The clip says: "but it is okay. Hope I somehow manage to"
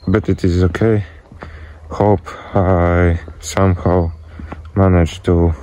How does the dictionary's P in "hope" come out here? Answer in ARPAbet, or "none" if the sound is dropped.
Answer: P